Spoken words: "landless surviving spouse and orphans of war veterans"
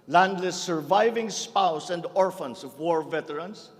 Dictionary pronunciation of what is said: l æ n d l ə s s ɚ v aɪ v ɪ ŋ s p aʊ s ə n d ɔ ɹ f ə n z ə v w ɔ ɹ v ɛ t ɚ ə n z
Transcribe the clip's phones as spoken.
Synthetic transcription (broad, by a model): l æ n d l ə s s ɚ v aɪ v ɪ ŋ s p aʊ s ə n d ɔ ɹ f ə n s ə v w ɔ ɹ v ɛ t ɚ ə n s